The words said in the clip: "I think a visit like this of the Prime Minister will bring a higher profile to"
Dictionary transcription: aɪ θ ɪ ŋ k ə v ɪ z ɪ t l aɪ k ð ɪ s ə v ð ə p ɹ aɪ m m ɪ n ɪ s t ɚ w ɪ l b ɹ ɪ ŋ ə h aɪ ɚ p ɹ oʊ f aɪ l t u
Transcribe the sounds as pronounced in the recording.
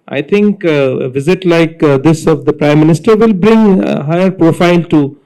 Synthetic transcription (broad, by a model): aɪ t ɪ ŋ k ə v ɪ z ɪ t l aɪ k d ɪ s ə v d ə p ɹ aɪ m m ɪ n ɪ s t ɚ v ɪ l b ɹ ɪ ŋ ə h aɪ ɚ p ɹ oʊ f aɪ l t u